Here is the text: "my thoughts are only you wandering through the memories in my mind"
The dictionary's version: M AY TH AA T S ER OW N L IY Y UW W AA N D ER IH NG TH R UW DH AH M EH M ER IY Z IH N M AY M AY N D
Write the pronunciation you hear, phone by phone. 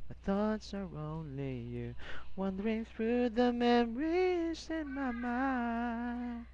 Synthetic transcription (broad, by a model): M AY TH AA T S ER OW N L IY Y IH W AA N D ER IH NG TH R UW DH AH M EH M ER IY Z IH N M AY M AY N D